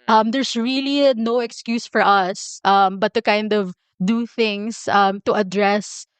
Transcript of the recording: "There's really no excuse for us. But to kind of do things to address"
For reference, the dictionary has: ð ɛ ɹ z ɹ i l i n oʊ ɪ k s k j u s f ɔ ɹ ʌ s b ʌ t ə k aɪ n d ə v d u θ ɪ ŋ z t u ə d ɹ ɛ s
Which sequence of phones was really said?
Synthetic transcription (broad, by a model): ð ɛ ɹ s ɹ i l i n oʊ ɪ k s k j u s f ɔ ɹ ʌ s b ʌ t ə k aɪ n d ə v d u θ ɪ ŋ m t u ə d ɹ ɛ s